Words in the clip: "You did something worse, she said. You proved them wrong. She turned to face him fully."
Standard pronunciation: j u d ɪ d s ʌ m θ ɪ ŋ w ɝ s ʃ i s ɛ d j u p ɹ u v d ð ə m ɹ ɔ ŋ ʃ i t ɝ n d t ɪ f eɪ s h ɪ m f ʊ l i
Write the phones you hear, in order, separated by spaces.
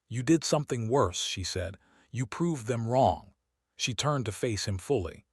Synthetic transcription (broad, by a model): j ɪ d ɪ d s ʌ m θ ɪ ŋ w ɝ s ʃ i s ɛ d j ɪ p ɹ u v ð ə m ɹ ɔ ŋ ʃ i t ɝ n t ɪ f eɪ s h ɪ m f ʊ l i